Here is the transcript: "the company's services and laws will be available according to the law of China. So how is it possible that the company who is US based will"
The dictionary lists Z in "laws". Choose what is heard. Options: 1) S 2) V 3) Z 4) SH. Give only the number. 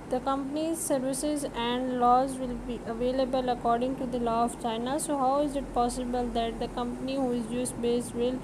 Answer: 3